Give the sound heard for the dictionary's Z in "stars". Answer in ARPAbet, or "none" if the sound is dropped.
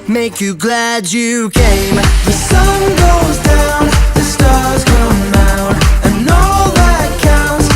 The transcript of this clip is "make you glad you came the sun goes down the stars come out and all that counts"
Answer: Z